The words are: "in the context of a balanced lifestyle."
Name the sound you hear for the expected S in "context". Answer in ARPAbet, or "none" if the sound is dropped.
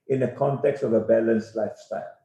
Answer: S